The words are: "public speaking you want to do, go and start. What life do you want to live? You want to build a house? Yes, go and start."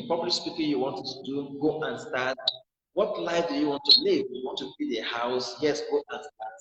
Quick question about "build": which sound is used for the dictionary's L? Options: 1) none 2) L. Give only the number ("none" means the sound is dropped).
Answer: 1